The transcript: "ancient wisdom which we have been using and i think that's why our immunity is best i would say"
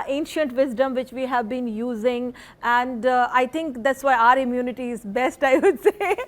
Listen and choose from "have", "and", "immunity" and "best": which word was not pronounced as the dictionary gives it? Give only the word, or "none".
none